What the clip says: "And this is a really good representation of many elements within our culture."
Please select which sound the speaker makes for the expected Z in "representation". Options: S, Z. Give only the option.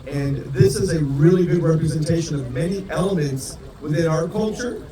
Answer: Z